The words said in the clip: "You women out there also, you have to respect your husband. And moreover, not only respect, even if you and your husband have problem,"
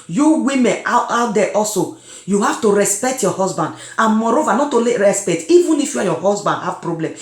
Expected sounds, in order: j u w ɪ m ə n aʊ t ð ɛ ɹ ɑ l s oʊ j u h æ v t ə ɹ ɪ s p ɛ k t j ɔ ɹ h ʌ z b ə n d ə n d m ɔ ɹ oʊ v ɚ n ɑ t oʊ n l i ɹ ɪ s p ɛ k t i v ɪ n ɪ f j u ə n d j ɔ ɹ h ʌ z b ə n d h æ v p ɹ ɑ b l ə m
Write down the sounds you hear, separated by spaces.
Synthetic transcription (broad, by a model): j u w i m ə n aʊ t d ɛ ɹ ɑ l s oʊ j u h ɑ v t ə ɹ ɪ s p ɛ k t j ɔ h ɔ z b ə n d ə n m ɔ ɹ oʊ v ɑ n ɑ t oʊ l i ɹ ɪ s p ɛ k t i v ɪ n ɪ f j u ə j ɔ h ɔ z b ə n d h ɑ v p ɹ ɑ b l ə m